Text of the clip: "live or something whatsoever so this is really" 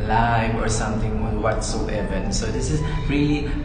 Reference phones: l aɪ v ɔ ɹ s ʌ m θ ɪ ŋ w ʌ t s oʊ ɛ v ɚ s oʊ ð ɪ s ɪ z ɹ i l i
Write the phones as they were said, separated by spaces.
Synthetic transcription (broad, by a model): l aɪ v ɔ ɹ s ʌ m t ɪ ŋ w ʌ t s oʊ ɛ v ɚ s oʊ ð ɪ s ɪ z ɹ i l i